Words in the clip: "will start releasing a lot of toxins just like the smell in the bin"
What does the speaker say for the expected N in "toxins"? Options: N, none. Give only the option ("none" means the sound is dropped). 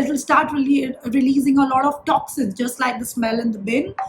none